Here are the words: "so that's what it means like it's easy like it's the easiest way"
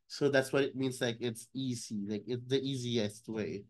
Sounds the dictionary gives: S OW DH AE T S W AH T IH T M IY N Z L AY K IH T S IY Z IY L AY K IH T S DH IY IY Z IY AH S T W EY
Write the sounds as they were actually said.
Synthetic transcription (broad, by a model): S OW DH AE T S W AH T IH T M IY N Z L AY K IH T S IY Z IY L AY K IH T S DH IY IY Z IY AH S T W EY